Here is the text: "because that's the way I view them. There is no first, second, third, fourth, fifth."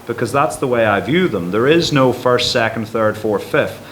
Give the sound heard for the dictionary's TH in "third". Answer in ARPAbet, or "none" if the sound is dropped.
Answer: TH